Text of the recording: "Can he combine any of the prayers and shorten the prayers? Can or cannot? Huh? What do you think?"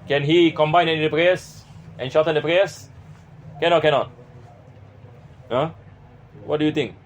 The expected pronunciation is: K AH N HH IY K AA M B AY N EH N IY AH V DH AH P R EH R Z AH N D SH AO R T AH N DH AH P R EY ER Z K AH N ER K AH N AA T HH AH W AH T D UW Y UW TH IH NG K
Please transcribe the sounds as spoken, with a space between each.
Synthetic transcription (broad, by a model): K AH N HH IY K AA M B AY N EH N IY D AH P R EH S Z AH N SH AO L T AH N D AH P R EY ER S K AH N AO K AH N AA T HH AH W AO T D UW Y UW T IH NG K